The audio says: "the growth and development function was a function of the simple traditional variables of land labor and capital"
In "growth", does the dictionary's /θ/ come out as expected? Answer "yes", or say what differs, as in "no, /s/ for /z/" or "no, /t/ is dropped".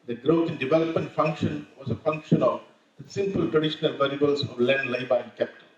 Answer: no, /t/ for /θ/